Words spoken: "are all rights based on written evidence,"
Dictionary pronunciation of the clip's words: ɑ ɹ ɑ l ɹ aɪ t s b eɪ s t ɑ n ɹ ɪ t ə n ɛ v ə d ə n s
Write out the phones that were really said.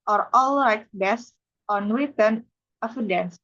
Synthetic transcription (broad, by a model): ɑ ɹ ɑ l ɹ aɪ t b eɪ s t ɑ n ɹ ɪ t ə n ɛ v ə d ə n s